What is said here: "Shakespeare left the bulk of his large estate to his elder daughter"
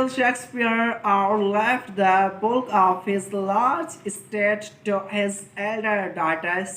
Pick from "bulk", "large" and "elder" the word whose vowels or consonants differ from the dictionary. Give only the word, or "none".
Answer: bulk